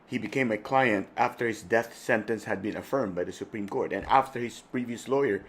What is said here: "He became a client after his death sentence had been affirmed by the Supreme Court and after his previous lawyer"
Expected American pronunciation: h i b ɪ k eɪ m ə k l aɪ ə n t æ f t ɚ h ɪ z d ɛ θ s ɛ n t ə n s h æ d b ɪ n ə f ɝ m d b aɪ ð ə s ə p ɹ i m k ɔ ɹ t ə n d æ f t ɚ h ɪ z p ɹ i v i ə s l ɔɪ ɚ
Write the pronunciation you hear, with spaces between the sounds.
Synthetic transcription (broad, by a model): h i b ɪ k eɪ m ə k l aɪ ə n t æ f t ɚ h ɪ z d ɛ θ s ɛ n t ə n s h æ d b ɪ n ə f ɝ m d b aɪ ð ə s ə p ɹ i m k ɔ ɹ t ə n æ f t ɚ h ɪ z p ɹ i v i ə s l ɔɪ ɚ